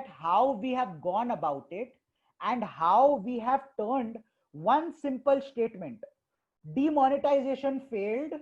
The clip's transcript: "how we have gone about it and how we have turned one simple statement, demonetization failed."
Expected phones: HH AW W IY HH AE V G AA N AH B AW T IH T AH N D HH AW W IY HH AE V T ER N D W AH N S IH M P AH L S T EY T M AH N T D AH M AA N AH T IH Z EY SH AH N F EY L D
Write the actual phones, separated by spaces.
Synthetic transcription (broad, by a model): HH AW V IY HH AE V G AA N AH B AW T IH T AH N D HH AW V IY HH AE V T ER N D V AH N S IH M P AH L S T EY T M AH N T D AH M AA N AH T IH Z EY SH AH N F EY L D